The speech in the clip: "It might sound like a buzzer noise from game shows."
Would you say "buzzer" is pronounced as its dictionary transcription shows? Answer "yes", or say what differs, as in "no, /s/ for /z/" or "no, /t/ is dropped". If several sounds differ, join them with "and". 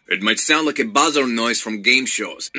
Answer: yes